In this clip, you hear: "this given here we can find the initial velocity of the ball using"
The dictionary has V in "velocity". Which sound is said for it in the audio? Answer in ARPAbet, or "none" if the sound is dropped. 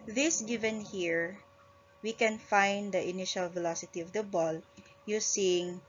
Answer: V